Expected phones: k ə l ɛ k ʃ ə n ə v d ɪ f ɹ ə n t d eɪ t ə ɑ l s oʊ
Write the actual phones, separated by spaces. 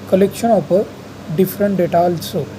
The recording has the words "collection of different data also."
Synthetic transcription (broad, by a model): k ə l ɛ k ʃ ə n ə p d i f ɹ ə n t d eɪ t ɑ l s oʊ